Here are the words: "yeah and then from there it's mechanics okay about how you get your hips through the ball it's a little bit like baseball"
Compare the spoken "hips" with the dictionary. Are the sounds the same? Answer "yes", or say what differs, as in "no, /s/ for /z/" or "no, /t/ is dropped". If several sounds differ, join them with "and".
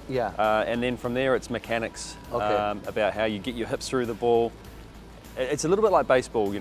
no, /s/ is dropped